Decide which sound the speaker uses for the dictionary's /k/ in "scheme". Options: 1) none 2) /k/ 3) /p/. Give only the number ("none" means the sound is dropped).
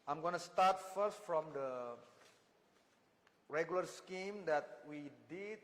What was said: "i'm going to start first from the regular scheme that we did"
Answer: 2